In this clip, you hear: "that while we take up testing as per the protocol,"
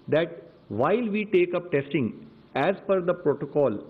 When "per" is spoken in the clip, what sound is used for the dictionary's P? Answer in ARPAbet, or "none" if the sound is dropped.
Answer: F